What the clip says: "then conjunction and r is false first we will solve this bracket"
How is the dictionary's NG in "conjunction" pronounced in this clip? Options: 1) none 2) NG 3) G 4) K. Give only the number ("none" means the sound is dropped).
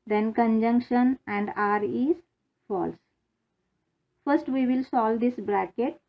2